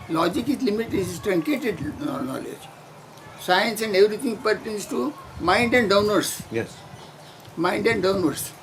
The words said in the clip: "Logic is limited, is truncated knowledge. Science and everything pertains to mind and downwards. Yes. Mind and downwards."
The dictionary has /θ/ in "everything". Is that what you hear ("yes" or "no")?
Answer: no